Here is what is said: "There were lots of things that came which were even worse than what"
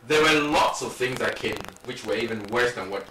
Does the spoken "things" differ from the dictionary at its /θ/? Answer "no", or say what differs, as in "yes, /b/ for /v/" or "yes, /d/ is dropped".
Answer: no